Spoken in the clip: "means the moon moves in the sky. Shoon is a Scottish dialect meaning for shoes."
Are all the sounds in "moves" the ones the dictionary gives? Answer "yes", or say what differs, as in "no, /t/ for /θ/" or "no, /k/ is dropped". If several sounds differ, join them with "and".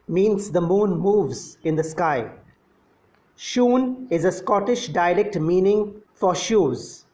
yes